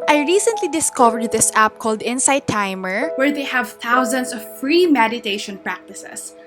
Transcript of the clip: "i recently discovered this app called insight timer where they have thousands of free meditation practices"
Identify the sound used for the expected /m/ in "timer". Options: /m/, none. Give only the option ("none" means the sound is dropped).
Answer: /m/